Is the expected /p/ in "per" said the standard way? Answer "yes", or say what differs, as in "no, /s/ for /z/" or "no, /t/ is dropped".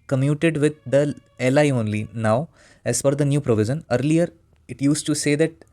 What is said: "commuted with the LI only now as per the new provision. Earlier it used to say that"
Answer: no, /f/ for /p/